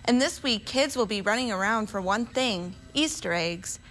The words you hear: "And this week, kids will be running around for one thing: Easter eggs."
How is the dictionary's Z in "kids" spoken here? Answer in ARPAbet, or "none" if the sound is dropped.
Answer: Z